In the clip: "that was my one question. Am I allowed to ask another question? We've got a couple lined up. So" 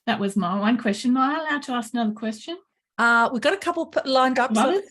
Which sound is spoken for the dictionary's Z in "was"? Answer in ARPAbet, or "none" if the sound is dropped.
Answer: Z